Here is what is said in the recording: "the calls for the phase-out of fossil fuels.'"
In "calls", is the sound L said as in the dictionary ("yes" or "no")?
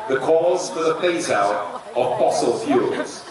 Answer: no